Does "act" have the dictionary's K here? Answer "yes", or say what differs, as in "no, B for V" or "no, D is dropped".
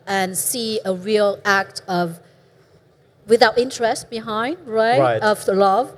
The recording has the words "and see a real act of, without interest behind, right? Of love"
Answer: yes